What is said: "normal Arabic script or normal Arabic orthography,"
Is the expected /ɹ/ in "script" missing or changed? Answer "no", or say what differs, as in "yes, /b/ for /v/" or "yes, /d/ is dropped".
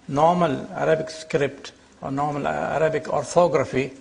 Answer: no